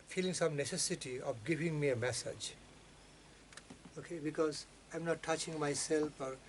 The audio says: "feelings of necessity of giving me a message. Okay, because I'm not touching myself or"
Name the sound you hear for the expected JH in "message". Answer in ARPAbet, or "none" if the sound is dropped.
JH